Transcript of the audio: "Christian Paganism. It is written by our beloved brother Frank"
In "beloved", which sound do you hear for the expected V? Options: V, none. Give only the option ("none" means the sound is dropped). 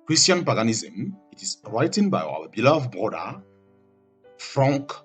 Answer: none